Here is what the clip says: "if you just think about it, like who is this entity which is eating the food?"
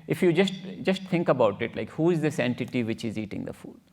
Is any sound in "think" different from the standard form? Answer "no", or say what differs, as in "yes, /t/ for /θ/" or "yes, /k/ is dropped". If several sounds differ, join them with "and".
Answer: yes, /t/ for /θ/